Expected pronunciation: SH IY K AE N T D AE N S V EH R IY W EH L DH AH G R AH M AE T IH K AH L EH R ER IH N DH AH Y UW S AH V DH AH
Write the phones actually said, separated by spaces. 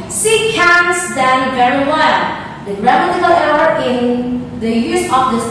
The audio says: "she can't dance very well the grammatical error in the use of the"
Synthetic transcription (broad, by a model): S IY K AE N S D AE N V EH R IY W EH L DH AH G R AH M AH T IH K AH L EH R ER IH N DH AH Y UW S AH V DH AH